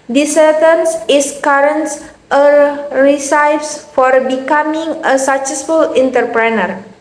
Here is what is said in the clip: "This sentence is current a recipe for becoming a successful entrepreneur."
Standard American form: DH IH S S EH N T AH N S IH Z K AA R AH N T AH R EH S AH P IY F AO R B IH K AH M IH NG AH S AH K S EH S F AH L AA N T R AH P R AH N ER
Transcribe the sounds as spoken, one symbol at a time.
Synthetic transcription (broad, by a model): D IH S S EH T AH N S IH S K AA R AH N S AH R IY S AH F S F AO R B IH K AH M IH NG AH S AH K S EH S F AH L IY N T R P R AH N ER